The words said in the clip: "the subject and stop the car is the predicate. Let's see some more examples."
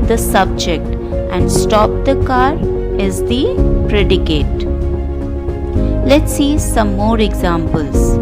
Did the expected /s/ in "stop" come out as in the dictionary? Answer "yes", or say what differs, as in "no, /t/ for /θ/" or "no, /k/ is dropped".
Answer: yes